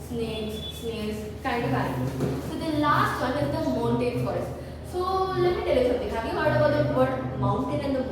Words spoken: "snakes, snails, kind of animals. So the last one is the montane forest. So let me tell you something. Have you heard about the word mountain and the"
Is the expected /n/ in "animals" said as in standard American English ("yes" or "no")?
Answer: no